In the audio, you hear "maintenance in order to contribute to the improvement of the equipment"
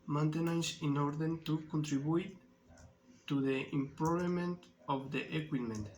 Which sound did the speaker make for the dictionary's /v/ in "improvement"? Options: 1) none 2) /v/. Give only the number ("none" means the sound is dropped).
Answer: 1